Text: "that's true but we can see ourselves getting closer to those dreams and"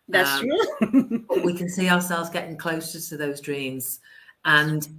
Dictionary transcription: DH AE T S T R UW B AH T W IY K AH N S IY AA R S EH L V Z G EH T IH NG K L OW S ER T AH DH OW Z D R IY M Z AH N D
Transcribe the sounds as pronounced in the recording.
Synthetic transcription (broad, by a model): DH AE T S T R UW B AH T W IY K AH N S IY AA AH S EH L V Z G EH T IH NG K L OW S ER T AH DH OW Z D R IY M Z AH N